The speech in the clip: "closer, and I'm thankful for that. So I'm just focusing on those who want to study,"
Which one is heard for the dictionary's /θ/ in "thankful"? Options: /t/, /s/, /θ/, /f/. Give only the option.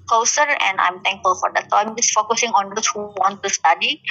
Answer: /t/